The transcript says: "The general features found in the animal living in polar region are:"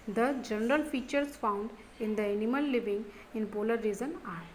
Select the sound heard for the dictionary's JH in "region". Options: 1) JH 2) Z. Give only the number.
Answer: 2